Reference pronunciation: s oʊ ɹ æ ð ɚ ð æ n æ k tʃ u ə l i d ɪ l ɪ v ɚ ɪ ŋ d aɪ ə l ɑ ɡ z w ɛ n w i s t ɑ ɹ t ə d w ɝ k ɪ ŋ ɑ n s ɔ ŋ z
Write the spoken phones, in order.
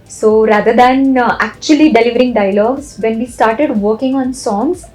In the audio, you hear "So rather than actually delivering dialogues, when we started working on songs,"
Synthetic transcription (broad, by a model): s oʊ ɹ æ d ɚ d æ n æ k tʃ u ə l i d ɪ l ɪ v ɚ ɪ ŋ d aɪ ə l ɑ ɡ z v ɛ n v i s t ɑ ɹ t ə d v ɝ k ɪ ŋ ɑ n s ɔ ŋ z